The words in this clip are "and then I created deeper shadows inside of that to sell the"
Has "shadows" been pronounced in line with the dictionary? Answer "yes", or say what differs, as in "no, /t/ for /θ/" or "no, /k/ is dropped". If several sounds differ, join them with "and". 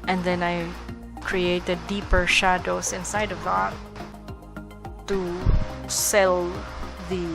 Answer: no, /s/ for /z/